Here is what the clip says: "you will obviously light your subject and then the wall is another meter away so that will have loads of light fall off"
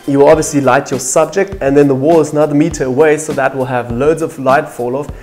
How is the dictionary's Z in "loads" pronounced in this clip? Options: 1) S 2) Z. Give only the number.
2